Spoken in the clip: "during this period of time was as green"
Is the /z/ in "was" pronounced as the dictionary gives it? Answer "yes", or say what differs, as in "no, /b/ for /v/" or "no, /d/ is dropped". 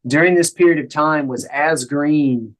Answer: yes